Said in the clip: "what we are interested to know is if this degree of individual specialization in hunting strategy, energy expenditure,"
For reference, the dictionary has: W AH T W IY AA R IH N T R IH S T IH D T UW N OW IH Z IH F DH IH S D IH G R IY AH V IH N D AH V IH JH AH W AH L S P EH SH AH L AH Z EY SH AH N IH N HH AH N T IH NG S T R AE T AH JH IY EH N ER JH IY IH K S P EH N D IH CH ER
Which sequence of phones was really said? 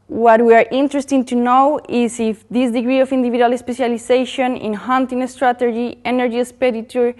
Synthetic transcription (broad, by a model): W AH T W IY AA R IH N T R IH S T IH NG T UW N OW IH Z IH F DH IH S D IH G R IY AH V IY N D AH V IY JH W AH L S P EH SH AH L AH S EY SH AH N IH N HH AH N T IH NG S T R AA T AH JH IY EH N ER JH IY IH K S P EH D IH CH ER